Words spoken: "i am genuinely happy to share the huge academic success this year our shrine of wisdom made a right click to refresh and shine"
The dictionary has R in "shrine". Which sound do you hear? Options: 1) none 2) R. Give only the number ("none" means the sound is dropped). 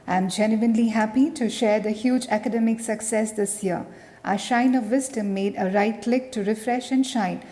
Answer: 1